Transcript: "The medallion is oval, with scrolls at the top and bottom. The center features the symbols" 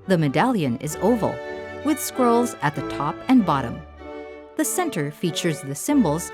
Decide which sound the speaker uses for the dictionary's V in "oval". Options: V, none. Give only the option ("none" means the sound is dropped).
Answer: V